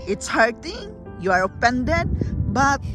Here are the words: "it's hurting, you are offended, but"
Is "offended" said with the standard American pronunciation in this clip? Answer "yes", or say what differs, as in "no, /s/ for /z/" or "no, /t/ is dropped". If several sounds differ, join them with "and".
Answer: no, /p/ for /f/